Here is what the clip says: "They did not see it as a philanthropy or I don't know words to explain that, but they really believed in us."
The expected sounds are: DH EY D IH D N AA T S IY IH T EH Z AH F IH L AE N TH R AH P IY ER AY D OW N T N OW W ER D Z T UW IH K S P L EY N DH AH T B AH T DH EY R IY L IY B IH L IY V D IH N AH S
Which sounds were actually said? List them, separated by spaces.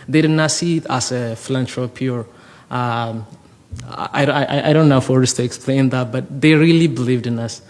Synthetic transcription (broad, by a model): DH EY D IH D N AA T S IY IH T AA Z AH F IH L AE N T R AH P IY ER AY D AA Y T N OW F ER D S T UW IH K S P L EY N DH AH T B AH T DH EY R IY L IY B IH L IY V D IH N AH S